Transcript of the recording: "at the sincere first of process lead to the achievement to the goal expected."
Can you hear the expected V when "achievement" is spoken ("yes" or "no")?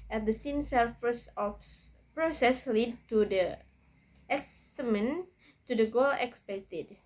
no